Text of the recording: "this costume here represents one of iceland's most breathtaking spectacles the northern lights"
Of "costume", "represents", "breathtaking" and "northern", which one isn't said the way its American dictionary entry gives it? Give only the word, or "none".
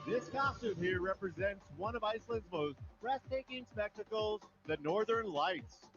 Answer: breathtaking